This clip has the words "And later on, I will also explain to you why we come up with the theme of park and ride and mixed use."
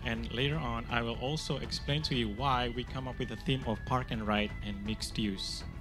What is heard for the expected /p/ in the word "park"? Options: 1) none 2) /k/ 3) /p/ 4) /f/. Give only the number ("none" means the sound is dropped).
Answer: 3